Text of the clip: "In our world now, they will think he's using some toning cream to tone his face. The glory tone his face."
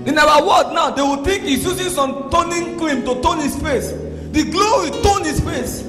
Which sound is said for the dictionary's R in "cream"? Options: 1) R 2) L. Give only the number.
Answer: 2